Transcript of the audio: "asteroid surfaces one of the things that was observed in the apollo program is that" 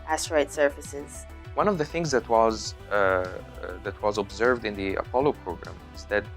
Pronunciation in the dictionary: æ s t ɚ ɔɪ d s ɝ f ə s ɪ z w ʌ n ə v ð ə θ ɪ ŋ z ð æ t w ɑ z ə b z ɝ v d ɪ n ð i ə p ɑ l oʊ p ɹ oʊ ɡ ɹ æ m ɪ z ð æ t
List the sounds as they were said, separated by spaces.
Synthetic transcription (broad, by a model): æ s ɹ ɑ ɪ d s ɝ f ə s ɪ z w ʌ n ə v ð ə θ ɪ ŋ z ð æ t w ɑ z ə b z ɝ v d ɪ n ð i ə p ɑ l oʊ p ɹ oʊ ɡ ɹ æ m ɪ z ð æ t